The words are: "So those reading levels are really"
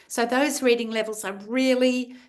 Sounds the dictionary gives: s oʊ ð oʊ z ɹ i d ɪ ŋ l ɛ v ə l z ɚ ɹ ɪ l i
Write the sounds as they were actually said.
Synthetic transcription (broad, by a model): s oʊ ð oʊ z ɹ i d ɪ ŋ l ɛ v ə l z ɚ ɹ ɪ l i